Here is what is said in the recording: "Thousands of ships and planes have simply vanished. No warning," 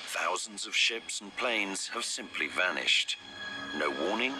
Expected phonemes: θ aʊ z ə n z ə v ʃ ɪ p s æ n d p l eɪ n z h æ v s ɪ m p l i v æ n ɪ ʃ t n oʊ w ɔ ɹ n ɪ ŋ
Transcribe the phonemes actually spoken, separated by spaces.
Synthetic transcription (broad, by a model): θ aʊ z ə n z ə v ʃ ɪ p s n p l eɪ n z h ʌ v s ɪ m p l i v æ n ɪ ʃ t n oʊ w ɔ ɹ n ɪ ŋ